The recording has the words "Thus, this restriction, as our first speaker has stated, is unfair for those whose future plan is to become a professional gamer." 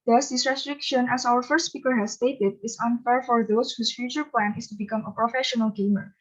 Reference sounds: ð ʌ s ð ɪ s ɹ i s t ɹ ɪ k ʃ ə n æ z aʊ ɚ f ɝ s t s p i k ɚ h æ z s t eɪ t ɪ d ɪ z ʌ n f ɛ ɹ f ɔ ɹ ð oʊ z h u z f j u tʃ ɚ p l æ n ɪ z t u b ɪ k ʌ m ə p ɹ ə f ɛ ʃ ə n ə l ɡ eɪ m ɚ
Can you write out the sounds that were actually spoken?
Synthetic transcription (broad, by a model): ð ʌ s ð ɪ s ɹ i s t ɹ ɪ k ʃ ə n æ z aʊ ɚ f ɝ s t s p i k ɚ h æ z s t eɪ t ɪ d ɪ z ʌ n f ɛ ɹ f ɔ ɹ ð oʊ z h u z f j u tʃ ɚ p l æ n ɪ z t u b ɪ k ʌ m ə p ɹ ə f ɛ ʃ ə n ə l ɡ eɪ m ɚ